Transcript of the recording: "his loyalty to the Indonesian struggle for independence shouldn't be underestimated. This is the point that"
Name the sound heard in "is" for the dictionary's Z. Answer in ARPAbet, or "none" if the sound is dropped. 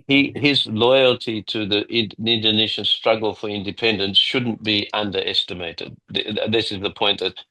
Z